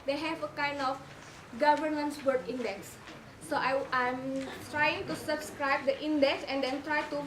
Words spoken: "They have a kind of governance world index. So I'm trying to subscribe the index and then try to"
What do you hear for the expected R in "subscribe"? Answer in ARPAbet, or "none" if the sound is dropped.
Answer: R